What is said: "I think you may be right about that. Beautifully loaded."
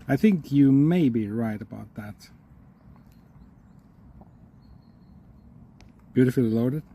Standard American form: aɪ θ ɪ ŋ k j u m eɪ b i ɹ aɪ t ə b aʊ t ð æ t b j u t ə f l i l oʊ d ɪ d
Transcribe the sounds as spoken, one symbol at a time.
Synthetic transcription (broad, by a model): aɪ θ ɪ ŋ k j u m eɪ b i ɹ aɪ t ə b aʊ t ð æ t b j u t ə f l i l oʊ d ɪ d